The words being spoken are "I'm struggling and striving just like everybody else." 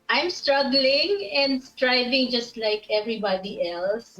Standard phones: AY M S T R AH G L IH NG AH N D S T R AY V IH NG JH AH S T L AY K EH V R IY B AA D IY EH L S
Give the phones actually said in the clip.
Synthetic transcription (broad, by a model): AY M S T R AH G L IH NG AH N D S T R AY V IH NG JH AH S T L AY K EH V R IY B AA D IY EH L S